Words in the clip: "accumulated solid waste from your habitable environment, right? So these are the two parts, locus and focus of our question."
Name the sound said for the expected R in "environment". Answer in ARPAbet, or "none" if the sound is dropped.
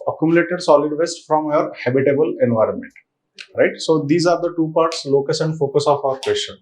R